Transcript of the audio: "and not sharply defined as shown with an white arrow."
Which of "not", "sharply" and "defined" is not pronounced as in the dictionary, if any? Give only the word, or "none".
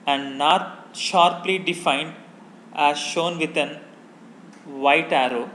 none